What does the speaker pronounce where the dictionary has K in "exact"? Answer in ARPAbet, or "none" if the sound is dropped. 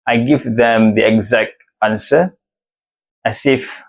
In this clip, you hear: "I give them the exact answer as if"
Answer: K